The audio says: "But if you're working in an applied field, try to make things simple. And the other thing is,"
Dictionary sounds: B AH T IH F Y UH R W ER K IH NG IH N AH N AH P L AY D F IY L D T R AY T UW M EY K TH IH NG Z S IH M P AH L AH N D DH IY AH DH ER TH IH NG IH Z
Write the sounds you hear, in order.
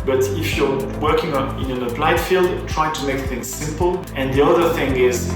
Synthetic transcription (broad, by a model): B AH T IH F Y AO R W ER K IH NG IH N AH N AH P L AY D F IY L D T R AY T UW M EY K TH IH NG Z S IH M P AH L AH N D DH IY AH DH ER TH IH NG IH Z